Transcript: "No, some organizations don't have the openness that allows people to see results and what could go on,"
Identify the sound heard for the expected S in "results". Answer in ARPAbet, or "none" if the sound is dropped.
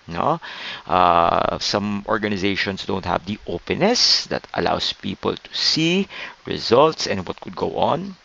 S